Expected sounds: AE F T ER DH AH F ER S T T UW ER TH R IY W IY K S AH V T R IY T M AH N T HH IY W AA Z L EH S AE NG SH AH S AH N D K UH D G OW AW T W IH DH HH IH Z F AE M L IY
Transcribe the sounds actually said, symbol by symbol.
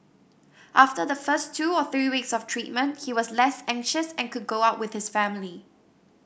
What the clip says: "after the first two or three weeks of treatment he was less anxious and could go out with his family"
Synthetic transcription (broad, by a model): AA F T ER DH AH F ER S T T UW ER TH R IY W IY K S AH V T R IY T M AH N T HH IY W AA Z L EH S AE NG SH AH S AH N K UH D G OW AW T W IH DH HH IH S F AE M L IY